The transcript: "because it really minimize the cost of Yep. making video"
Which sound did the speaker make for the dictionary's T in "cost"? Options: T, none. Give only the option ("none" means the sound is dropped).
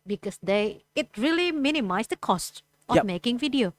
T